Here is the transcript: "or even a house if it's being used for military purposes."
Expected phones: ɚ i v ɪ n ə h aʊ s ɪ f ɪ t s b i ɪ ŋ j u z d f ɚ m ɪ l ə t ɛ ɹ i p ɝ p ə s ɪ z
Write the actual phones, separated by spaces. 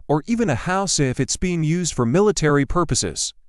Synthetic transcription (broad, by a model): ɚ i v ɪ n ə h aʊ s ɪ f ɪ t s b i ɪ ŋ j u z d f ɚ m ɪ l ə t ɛ ɹ i p ɝ p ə s ɪ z